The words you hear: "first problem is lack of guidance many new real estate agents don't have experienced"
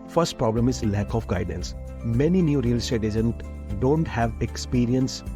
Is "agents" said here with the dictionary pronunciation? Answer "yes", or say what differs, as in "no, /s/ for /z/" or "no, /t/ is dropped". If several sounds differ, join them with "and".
no, /s/ is dropped